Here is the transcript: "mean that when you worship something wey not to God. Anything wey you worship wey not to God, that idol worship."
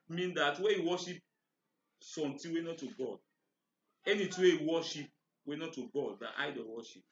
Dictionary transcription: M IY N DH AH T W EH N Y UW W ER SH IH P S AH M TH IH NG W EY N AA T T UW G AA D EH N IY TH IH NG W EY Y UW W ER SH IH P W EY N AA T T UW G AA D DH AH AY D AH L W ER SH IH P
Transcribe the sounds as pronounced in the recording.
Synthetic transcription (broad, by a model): M IY N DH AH T W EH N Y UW W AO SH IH P S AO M T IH W EY N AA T T UW G AA D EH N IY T W EY W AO SH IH P W EY N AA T T UW G AA D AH AY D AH W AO SH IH P